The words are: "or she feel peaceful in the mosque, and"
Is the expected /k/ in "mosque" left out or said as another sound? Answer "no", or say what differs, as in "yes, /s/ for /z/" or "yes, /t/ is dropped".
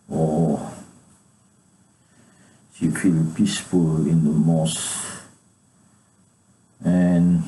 yes, /k/ is dropped